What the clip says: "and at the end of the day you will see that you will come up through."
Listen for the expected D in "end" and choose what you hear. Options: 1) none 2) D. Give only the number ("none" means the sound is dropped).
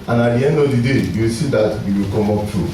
2